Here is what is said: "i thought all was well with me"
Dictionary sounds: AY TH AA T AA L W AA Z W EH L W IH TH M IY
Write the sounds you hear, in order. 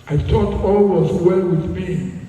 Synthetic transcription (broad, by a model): AY T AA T AA L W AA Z W EH L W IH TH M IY